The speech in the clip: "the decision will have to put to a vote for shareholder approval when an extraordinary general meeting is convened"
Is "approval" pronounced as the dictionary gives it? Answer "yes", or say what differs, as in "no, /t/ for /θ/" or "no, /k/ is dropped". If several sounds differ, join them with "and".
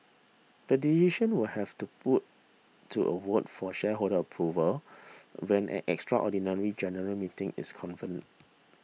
yes